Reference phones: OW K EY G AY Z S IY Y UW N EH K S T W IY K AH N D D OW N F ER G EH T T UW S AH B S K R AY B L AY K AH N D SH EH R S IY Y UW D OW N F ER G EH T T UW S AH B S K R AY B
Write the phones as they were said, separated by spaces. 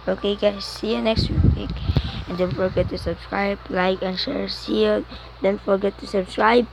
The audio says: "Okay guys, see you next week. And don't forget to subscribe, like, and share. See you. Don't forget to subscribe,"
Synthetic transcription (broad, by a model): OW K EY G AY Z S IY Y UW N EH K S T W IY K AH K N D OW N F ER G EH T T UW S AH B S K R AY B L AY K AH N SH EH R S IY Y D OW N F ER G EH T T UW S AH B S K R AY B